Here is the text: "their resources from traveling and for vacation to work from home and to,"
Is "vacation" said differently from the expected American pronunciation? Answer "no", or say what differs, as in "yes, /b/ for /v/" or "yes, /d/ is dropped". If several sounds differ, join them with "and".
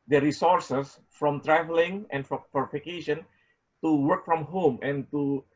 yes, /f/ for /v/